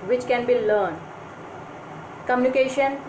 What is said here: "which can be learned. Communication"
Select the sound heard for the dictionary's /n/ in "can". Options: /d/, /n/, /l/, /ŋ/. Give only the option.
/n/